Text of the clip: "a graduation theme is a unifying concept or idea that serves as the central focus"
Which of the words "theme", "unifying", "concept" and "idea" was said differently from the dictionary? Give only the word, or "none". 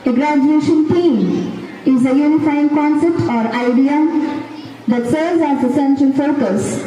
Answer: theme